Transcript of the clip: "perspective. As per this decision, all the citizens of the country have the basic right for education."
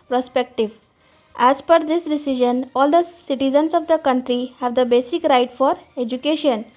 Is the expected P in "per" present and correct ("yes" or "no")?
no